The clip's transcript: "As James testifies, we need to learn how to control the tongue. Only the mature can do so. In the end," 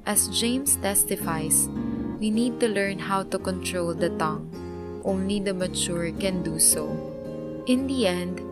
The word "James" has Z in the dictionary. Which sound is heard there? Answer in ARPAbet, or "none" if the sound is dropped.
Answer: S